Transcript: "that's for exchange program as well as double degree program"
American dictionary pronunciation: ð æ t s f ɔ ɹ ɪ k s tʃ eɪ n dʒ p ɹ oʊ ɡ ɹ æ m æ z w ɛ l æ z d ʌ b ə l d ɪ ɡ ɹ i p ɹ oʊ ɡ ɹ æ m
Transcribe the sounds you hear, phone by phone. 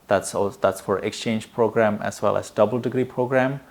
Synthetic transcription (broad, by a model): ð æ t s f ɔ ɹ ɪ k s tʃ eɪ n dʒ p ɹ oʊ ɡ ɹ æ m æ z w ɛ l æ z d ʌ b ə l d ɪ ɡ ɹ i p ɹ oʊ ɡ ɹ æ m